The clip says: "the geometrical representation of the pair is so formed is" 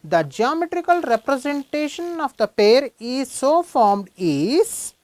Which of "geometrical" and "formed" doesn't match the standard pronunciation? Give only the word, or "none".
none